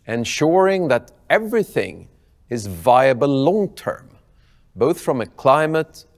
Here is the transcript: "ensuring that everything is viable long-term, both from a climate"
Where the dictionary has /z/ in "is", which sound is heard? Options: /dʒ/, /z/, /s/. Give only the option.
/z/